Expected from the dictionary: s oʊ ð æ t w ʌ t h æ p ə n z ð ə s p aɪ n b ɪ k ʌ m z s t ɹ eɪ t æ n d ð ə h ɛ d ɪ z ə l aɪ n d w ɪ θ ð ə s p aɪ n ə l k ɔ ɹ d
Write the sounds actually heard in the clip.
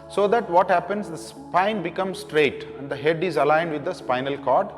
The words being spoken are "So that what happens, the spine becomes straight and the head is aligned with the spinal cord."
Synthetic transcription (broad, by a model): s oʊ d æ t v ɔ t h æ p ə n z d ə s p aɪ n b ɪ k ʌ m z s t ɹ eɪ t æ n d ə h ɛ d ɪ z ə l aɪ n d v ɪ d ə s p aɪ n ə l k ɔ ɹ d